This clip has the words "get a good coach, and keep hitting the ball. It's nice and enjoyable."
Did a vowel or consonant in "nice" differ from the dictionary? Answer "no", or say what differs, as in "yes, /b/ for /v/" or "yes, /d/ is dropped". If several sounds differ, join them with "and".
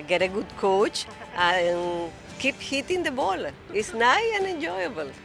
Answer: yes, /s/ is dropped